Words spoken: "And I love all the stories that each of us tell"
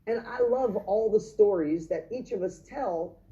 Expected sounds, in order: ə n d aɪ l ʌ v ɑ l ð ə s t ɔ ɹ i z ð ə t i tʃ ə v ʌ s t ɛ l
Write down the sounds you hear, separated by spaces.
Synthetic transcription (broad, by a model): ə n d aɪ l ʌ v ɑ l ð ə s t ɔ ɹ i z ð ə t i tʃ ə v ʌ s t ɛ l